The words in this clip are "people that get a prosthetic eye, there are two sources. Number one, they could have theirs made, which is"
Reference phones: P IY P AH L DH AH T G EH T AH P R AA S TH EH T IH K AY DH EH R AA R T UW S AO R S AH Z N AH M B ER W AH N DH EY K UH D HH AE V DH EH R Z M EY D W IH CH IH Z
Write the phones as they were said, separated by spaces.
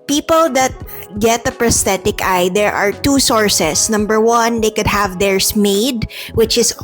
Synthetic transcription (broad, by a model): P IY P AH L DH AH T G EH T AH P R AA S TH EH T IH K AY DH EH R AA R T UW S AO R S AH S N AH M B ER W AH N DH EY K UH D HH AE V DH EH R S M EY D W IH CH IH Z